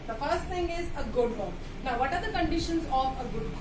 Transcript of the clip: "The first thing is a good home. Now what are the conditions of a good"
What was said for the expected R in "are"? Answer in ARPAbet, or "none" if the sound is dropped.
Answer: R